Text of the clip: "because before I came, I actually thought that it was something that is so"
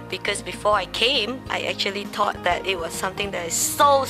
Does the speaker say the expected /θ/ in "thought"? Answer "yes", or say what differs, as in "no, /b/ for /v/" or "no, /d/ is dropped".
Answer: no, /t/ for /θ/